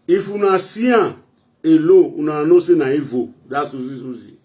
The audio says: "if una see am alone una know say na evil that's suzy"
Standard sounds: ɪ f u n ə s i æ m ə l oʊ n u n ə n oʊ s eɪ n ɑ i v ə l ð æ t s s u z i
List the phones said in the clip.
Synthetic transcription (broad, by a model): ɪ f u n ə s i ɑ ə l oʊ u n ə n oʊ s eɪ n ɑ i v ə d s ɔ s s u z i